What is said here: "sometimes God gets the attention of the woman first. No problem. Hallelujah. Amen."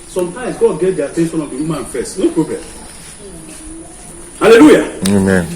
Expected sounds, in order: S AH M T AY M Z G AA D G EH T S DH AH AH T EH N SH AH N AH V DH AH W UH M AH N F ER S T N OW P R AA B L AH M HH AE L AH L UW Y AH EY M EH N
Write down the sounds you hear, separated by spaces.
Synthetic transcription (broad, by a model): S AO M T AY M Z G AA D G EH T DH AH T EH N S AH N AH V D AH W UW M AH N F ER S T N OW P R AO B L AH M HH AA L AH L UW Y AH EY M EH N